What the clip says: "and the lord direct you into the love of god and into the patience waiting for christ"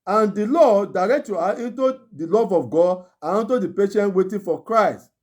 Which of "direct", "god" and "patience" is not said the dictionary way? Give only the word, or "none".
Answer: patience